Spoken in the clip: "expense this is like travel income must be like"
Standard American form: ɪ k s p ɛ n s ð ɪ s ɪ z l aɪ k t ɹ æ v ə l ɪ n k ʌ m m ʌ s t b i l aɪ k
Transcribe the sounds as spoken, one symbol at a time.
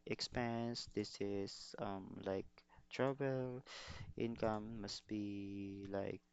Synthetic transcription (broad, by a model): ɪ k s p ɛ n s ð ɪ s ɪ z l aɪ k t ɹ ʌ b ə l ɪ n k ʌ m m ʌ s t b i l aɪ k